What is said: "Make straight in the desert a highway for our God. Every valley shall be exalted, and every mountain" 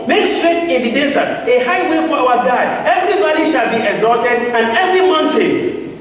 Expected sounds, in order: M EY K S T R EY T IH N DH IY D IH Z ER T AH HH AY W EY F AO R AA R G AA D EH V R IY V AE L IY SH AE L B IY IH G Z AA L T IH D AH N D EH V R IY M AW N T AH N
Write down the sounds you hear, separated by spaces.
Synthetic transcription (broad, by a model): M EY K S T R EY T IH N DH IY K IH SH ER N AH HH AY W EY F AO W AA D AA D EH V R IY B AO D IY SH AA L B IY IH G Z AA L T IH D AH N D EH V R IY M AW N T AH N